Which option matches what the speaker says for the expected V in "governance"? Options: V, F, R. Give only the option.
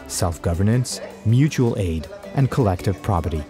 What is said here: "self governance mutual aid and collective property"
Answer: V